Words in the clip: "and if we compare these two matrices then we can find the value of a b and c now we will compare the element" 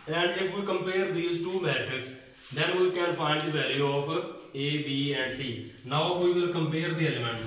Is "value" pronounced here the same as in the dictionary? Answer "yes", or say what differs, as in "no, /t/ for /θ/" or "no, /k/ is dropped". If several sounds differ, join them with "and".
no, /l/ is dropped